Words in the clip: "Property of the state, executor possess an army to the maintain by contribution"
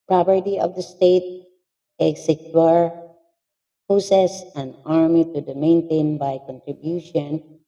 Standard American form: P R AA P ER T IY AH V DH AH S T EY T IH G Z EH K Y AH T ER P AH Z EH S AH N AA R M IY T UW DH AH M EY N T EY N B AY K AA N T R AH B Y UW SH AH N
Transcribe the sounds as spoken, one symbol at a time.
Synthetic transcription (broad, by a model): P R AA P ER T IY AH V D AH S T EY T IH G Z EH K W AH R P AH S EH S AH N AA R M IY T UW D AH M EY N T EY N B AY K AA N T R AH B Y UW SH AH N